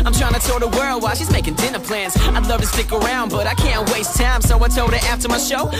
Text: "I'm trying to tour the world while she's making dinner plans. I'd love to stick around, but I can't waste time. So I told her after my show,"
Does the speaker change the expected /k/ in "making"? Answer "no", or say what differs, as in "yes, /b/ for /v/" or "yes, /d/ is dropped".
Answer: no